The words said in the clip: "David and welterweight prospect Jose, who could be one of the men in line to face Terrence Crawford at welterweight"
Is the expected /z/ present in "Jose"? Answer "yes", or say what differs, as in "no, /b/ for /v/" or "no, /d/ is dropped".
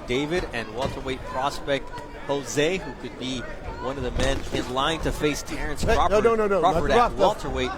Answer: yes